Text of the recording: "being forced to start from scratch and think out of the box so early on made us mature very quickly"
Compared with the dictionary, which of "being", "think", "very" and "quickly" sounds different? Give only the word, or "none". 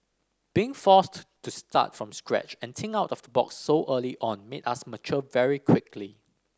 think